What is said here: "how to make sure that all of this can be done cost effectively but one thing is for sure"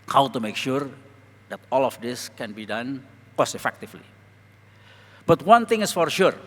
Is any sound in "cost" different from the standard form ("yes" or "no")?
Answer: yes